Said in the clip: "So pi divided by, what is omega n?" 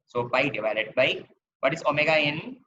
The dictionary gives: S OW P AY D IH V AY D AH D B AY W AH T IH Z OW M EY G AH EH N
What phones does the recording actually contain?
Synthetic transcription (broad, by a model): S OW B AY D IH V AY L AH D B AY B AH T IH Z OW M EY G AH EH N